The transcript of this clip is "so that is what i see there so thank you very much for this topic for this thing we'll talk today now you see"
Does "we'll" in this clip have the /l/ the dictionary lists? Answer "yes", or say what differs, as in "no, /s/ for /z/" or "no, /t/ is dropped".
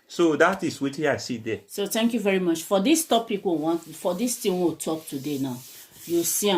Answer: no, /w/ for /l/